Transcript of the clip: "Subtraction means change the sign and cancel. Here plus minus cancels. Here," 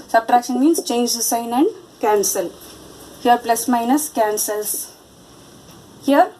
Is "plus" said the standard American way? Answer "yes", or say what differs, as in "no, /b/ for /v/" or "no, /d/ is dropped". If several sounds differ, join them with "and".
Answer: yes